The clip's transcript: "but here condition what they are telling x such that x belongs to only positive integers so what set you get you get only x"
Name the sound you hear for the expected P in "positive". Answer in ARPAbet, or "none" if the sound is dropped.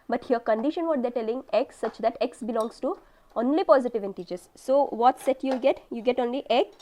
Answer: P